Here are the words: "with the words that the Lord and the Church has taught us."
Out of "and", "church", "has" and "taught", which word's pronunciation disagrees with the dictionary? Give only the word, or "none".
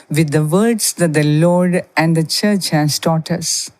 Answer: has